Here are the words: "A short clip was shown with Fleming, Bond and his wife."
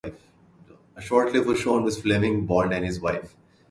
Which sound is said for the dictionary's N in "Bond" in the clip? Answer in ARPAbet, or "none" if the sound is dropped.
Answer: L